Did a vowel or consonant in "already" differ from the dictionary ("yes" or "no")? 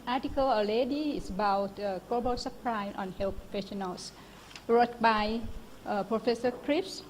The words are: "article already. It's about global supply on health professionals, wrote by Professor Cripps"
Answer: yes